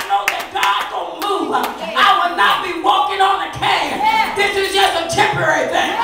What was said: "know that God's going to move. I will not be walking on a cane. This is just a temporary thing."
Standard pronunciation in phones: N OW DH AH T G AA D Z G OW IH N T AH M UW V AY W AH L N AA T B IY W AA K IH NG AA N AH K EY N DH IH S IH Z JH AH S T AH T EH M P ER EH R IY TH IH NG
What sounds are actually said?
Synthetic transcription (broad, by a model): N OW DH AH T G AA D G OW IH N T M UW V AY W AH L N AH T B IY W AA K IH NG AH N AH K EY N DH IH S IH Z JH AH S T AH T EH M P ER EH R IY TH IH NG